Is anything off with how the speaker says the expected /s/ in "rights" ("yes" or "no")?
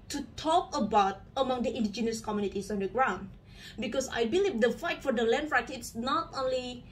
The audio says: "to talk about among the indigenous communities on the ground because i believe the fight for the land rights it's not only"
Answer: yes